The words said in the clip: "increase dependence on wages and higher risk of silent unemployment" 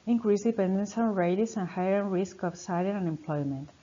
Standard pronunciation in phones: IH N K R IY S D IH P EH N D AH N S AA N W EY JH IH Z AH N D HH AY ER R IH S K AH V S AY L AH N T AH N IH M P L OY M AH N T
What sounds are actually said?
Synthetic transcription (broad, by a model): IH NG K R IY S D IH P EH N D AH N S AA N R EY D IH S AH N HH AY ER R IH S K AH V S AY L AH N AH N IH M P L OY M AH N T